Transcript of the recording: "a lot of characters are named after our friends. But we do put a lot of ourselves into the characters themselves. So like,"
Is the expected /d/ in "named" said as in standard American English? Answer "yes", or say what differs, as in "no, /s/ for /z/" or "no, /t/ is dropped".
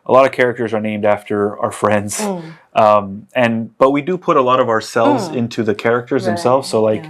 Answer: yes